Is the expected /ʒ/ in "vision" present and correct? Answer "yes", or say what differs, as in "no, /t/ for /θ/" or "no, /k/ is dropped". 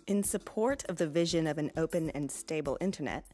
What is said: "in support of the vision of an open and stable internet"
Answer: yes